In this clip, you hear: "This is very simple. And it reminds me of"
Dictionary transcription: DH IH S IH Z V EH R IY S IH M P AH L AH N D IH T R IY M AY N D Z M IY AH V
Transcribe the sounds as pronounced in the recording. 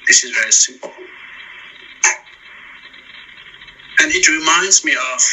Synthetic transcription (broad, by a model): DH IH S IH Z V EH R IY S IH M P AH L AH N IH T R IY M AY N D Z M IY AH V